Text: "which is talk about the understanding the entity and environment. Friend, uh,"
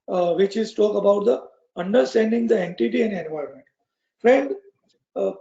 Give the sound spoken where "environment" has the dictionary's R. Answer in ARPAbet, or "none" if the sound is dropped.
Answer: none